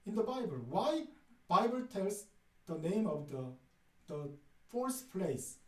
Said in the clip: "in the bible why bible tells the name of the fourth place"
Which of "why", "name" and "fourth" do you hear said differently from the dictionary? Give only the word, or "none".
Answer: fourth